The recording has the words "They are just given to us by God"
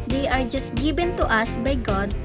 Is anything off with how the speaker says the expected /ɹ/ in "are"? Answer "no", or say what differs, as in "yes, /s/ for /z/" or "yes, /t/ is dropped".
no